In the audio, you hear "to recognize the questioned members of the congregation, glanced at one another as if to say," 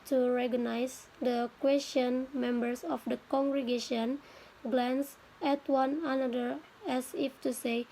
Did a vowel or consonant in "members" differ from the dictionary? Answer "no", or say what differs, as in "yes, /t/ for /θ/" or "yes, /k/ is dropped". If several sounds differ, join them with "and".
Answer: yes, /s/ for /z/